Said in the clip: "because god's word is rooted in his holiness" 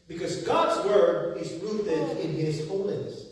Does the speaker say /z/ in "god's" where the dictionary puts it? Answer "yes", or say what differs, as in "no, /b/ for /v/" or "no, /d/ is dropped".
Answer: yes